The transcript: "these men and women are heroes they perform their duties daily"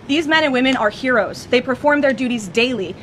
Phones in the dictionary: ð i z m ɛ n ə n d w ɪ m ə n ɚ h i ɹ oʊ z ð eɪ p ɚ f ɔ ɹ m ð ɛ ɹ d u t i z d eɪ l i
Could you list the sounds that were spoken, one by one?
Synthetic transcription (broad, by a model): ð i z m ɛ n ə n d w ɪ m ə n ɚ h i ɹ oʊ z ð eɪ p ɚ f ɔ ɹ m ð ɛ ɹ d u t i z d eɪ l i